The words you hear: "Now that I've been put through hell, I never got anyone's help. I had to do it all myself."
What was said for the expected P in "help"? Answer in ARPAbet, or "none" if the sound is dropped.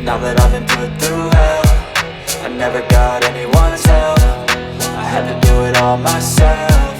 F